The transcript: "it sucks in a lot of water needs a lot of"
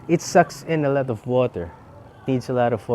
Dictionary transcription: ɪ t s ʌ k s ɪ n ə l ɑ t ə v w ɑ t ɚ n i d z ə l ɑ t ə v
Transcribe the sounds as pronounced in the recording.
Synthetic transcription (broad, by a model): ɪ t s ʌ k s ɪ n ə l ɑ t ə v w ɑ t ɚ n i d s ə l ɑ t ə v